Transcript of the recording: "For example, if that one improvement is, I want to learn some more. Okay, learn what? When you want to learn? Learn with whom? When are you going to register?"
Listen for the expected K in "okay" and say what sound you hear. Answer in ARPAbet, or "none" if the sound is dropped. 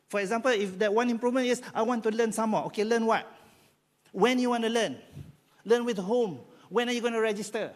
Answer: K